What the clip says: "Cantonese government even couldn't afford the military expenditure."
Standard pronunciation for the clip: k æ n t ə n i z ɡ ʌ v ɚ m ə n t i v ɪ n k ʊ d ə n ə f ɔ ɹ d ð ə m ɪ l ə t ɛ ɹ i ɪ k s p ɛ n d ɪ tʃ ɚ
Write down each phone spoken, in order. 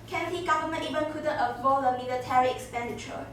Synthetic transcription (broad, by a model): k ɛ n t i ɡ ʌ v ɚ m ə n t i v ɪ n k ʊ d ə ə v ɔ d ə m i l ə t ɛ ɹ i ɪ k s p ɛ n d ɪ tʃ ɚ